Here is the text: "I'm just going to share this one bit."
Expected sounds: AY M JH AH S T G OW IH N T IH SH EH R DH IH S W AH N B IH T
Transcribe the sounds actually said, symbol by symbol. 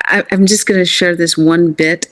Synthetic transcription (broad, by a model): AY M JH AH S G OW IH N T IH SH EH R DH IH S W AH N B IH T